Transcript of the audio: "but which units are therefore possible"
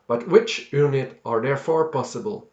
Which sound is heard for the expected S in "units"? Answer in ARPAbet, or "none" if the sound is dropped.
none